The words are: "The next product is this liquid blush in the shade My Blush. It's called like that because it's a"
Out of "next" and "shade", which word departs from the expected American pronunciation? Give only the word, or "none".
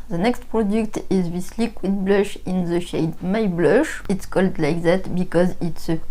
none